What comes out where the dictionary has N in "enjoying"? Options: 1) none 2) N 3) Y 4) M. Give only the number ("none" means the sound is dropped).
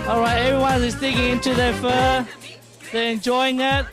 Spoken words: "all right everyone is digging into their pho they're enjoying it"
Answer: 2